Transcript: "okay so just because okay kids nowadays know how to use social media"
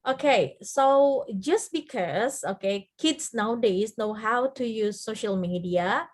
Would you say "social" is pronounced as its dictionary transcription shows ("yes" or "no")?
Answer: yes